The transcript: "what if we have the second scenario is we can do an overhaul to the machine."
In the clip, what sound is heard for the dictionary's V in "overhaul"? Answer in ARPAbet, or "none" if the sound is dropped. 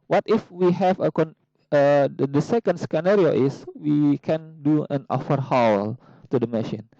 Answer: F